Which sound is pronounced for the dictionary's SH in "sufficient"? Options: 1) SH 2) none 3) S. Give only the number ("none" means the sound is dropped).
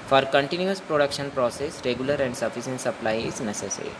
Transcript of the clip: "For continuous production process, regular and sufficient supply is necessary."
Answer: 3